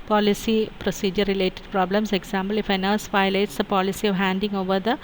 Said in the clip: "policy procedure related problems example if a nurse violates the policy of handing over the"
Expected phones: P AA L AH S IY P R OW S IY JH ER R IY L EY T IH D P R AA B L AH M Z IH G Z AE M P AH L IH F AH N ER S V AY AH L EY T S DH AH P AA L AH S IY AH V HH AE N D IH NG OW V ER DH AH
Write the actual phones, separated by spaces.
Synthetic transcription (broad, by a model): P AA L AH S IY P R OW S IY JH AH R IY L EY T IH D P R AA B L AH M S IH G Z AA M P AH L IH F AH N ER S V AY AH IH T S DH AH P AA L AH S IY AH V HH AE N D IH NG OW V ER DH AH